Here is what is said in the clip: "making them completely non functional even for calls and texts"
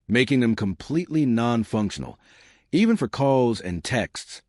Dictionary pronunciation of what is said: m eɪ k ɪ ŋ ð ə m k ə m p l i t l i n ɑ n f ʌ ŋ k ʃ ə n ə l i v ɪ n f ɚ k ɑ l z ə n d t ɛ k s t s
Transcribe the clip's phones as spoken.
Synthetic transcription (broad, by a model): m eɪ k ɪ ŋ ð ə m k ə m p l i t l i n ɑ n f ʌ ŋ k ʃ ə n l i v ɪ n f ɚ k ɑ l z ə n t ɛ k s t s